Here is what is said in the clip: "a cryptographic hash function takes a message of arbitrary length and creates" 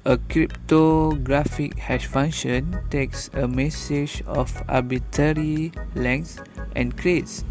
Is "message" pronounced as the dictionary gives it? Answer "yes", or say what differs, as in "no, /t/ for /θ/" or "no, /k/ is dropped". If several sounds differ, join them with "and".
yes